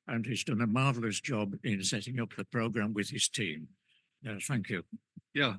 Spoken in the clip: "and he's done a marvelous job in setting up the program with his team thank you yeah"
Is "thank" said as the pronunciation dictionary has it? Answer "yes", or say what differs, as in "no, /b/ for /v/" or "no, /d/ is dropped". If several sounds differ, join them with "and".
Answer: yes